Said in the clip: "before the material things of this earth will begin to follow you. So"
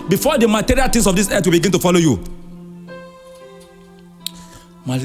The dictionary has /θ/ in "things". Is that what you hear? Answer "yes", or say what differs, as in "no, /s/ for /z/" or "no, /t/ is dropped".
no, /t/ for /θ/